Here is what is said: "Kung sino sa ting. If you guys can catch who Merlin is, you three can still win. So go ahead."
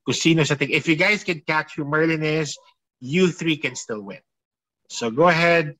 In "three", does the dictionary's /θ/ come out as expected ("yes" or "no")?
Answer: yes